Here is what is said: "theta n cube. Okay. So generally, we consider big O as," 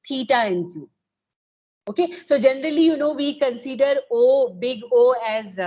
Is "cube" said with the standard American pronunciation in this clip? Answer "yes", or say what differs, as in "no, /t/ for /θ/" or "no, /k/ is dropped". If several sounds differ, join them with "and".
no, /b/ is dropped